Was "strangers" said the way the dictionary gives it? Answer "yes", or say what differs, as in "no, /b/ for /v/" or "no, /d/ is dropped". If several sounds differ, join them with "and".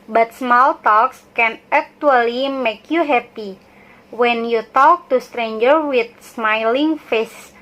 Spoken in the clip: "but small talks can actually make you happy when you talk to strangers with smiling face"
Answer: no, /z/ is dropped